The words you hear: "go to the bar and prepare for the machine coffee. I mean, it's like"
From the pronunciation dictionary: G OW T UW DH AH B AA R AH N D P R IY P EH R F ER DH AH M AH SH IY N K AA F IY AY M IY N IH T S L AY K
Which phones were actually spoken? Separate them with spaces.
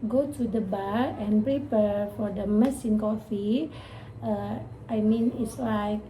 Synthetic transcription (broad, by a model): G OW T UW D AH B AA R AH N P R IY P EH R F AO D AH M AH S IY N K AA F IY AY M IY N IH T S L AY K